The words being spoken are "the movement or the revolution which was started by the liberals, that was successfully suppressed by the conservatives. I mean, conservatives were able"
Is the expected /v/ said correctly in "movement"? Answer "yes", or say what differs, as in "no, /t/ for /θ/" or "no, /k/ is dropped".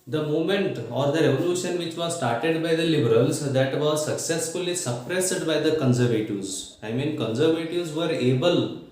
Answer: no, /v/ is dropped